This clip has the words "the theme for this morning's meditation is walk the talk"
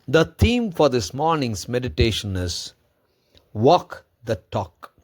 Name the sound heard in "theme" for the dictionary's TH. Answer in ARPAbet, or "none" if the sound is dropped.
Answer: T